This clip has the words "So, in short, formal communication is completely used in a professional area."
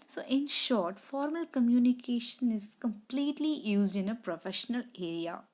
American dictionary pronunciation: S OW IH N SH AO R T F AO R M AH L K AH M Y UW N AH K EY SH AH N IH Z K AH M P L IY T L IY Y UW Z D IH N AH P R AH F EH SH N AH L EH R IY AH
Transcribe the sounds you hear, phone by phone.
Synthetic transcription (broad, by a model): S OW IH N SH AO R T F AO R M AH L K AH M Y UW N AH K EY SH AH N IH Z K AH M P L IY T L IY Y UW Z D IH N AH P R AH F EH SH N AH L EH R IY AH